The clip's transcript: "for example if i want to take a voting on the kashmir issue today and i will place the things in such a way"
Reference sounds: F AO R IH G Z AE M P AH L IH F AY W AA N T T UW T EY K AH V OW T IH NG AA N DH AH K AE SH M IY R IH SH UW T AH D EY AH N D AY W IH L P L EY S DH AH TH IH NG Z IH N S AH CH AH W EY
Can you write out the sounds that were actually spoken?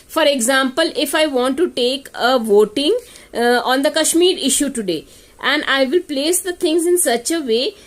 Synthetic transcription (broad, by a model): F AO R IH G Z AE M P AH L IH F AY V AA N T T UW T EY K AH V OW T IH NG AA N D AH K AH SH M IY R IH SH UW T AH D EY AH N D AY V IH L P L EY S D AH T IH NG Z IH N S AH CH AH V EY